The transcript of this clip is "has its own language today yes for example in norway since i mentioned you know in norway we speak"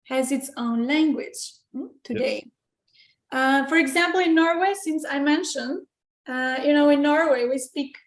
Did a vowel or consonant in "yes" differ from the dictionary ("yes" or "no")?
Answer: yes